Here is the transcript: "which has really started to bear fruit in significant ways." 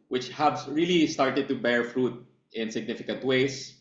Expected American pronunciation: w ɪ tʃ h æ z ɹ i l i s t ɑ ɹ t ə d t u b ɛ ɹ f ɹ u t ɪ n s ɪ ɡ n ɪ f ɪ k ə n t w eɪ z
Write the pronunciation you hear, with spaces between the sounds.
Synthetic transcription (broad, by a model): w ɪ tʃ h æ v ɹ i l i s t ɑ ɹ t ə d t u b ɛ ɹ f ɹ u t ɪ n s ɪ ɡ n ɪ f ɪ k ə n t w eɪ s